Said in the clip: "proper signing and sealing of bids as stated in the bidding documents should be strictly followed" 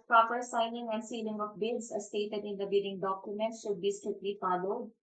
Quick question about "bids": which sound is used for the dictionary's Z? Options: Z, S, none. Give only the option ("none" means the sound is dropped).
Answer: S